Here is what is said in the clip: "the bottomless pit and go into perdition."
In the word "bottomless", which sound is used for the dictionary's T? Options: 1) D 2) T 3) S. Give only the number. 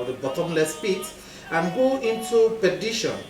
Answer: 2